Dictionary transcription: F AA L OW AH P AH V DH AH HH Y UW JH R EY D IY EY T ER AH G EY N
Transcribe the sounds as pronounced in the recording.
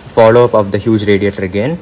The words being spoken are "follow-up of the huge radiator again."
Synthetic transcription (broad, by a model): F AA L OW AH P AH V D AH HH Y UW JH R EY D IY EY T ER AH G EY N